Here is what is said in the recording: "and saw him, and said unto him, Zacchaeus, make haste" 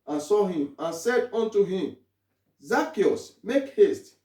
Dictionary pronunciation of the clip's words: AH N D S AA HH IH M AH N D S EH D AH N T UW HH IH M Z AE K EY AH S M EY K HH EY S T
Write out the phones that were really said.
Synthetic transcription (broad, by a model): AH N S AA HH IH M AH N S EH D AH N T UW HH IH M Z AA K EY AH S M EY K HH EY S T